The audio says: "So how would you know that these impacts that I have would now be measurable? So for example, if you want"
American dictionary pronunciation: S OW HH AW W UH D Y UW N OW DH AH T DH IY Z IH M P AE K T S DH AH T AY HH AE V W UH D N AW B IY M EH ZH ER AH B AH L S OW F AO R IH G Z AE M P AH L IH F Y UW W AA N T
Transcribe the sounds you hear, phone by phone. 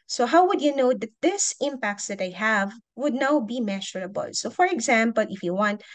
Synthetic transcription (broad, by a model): S OW HH AW W UH D Y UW N OW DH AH T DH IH S IH M P AE K T S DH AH T AY HH AE V W UH D N AW B IY M EH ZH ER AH B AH L S OW F AO R IH G Z AE M P AH L IH F Y UW W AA N T